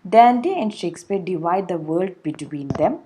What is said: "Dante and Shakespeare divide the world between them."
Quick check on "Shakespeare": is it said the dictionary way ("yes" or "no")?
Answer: yes